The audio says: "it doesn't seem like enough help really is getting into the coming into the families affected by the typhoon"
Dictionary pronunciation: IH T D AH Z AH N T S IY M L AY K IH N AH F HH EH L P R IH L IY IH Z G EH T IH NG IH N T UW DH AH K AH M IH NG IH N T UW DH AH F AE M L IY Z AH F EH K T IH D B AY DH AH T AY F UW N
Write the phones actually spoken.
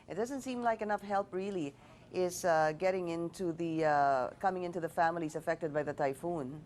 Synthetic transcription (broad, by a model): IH T D AH Z AH N T S IY M L AY K IH N AH F HH EH L P R IH L IY IH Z G EH T IH NG IH N T UW DH AH K AH M IH NG IH N T UW DH AH F AE M L IY Z AH F EH K T IH D B AY DH AH T AY F UW N